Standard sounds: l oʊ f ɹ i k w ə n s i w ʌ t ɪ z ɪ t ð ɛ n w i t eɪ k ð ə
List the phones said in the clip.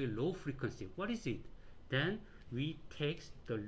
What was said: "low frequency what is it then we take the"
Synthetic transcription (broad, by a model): l oʊ f ɹ i k w ə n s i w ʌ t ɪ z ɪ t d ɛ n w i t eɪ k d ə